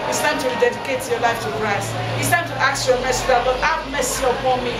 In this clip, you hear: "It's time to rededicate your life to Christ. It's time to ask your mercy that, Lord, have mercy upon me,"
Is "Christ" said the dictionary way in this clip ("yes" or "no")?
no